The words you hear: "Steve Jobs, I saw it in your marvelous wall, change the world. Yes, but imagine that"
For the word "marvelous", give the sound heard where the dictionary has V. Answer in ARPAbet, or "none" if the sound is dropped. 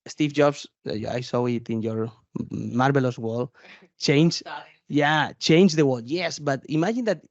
B